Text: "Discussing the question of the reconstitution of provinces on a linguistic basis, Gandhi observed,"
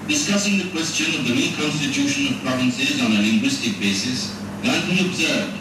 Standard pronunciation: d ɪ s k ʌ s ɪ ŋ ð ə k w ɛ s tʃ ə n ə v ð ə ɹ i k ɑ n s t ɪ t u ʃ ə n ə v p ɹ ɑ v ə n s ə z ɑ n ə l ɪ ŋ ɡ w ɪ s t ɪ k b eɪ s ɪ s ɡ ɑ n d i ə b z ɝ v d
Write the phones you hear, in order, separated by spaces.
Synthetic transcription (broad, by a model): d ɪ s k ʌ s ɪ ŋ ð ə k w ɛ s tʃ ə n ə v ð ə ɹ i k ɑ n s t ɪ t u ʃ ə n ə v p ɹ ɑ v ə n s ə z ɑ n ə l ɪ ŋ ɡ w ɪ s t ɪ k b eɪ s ɪ s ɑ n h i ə b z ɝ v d